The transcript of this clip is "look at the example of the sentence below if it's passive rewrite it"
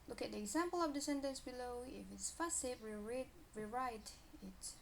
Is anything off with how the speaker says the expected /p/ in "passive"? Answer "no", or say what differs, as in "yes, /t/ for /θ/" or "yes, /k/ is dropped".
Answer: yes, /f/ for /p/